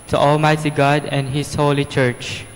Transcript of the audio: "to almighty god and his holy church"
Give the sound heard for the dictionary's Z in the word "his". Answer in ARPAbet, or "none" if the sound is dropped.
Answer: S